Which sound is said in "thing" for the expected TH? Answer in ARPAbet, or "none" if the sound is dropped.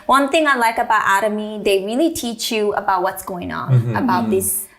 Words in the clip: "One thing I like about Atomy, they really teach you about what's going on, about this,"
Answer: TH